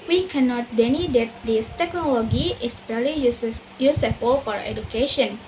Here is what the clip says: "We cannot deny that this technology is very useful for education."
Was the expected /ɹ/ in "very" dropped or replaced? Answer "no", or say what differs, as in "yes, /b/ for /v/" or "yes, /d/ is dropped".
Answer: yes, /l/ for /ɹ/